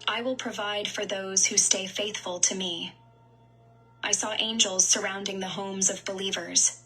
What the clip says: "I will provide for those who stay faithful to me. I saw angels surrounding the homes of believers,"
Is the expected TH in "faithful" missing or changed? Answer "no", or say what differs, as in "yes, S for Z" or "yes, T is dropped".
no